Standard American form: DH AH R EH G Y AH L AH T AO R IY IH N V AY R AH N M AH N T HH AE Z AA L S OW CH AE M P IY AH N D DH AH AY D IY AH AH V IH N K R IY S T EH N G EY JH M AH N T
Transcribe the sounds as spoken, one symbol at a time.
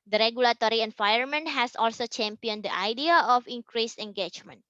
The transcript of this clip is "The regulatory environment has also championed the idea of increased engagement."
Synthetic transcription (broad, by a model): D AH R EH G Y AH L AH T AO R IY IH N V AY AH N M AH N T HH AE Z AA L S OW CH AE M P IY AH N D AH AY D IY AH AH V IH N K R IY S EH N G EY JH M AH N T